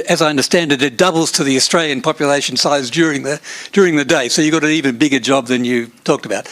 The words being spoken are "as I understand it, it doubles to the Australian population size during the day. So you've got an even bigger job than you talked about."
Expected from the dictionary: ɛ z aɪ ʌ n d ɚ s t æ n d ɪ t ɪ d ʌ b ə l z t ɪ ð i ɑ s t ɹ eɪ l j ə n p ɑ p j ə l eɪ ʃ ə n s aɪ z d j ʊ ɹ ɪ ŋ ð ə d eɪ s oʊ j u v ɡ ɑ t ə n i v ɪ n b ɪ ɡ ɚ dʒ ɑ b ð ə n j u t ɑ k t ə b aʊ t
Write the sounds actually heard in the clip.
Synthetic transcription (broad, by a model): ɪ z aɪ ʌ n d ɚ s t æ n d ɪ t ɪ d ʌ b l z t ɪ ð i ɑ s t ɹ eɪ l j ə n p ɑ p j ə l eɪ ʃ n s aɪ z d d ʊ ɹ ɪ ŋ ð ə d eɪ s oʊ j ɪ ɡ ɑ t ə n i v ɪ n b ɪ ɡ ɚ dʒ ɑ b ð ə n j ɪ t ɑ k t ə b aʊ t